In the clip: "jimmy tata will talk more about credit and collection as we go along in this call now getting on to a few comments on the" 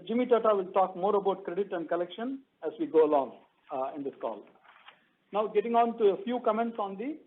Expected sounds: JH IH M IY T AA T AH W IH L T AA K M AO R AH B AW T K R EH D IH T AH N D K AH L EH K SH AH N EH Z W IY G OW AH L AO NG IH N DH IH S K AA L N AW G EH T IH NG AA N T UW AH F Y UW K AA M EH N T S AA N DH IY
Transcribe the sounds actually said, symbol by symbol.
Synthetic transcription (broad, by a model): JH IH M IY T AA T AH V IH L T AA K M AO R AH B AW T K R EH D IH T AH N D K AH L EH K SH AH N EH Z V IY G OW AH L AO NG IH N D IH S K AA L N AW G EH T IH NG AA N T UW AH F Y UW K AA M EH N T S AA N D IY